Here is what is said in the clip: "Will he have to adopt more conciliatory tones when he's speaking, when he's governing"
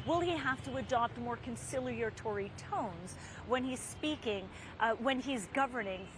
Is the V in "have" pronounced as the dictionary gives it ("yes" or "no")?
no